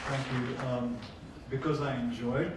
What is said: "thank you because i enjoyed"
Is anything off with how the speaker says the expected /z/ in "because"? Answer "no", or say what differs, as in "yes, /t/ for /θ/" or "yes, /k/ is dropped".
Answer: no